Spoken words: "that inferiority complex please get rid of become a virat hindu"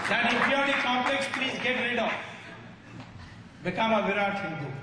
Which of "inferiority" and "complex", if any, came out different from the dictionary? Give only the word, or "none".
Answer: inferiority